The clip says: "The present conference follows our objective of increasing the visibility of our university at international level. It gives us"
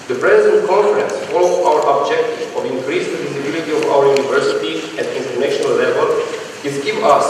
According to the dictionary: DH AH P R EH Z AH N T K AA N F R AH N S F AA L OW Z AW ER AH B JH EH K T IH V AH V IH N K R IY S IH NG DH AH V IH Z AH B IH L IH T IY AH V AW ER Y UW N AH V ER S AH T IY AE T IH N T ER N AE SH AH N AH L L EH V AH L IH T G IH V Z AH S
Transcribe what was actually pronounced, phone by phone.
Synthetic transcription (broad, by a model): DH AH P R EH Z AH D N K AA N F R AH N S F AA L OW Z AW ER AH B JH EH K T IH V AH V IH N K R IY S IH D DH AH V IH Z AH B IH L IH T IY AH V AW ER Y UW N AH V ER S AH T IY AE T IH N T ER N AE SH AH N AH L L EH V AH L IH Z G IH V AH S